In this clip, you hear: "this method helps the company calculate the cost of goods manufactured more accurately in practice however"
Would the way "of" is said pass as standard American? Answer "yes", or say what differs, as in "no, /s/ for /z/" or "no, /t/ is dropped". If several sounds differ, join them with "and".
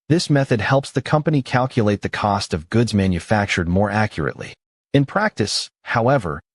yes